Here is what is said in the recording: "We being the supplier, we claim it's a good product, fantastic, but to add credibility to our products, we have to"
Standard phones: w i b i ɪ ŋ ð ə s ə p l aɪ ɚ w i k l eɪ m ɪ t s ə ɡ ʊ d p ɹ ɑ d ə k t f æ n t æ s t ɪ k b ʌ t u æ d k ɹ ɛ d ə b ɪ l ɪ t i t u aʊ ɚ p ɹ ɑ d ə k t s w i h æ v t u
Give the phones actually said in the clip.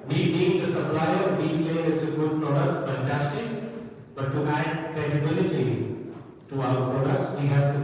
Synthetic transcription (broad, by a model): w i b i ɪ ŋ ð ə s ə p l aɪ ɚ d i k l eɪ ɪ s ə ɡ ʊ d p ɹ ɑ d ə k t f æ n t æ s t ɪ k b ʌ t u æ d k ɹ ɛ d ə b ɪ l ɪ t i t u aʊ ɚ p ɹ ɑ d ə k t s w i h æ v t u